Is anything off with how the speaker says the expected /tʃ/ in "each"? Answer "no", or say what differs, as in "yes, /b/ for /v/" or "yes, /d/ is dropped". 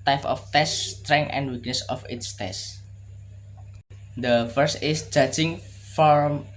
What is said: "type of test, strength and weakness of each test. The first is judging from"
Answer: yes, /s/ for /tʃ/